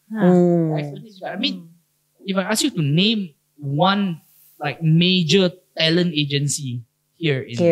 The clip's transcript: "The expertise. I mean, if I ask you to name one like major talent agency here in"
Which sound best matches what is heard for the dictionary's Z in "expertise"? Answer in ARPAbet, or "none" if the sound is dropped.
none